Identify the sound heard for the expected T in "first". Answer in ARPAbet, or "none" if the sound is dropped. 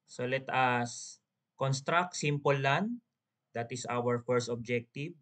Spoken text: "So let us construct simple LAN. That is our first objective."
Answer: T